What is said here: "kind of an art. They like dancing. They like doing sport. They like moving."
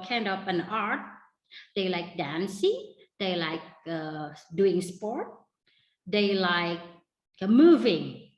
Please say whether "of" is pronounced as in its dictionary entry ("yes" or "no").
no